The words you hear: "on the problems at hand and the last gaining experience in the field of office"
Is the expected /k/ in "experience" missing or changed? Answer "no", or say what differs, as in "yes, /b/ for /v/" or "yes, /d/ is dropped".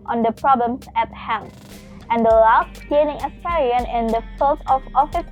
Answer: yes, /k/ is dropped